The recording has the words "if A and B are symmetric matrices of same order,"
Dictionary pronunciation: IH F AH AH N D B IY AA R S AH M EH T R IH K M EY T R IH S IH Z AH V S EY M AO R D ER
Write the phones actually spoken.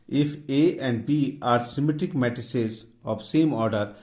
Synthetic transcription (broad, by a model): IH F AH AH N D B IY AA R S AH M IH T IH K M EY T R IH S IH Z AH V S EY M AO R D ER